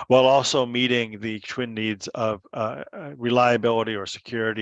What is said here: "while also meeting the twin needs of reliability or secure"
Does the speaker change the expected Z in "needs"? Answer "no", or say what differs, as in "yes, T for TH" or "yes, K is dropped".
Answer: no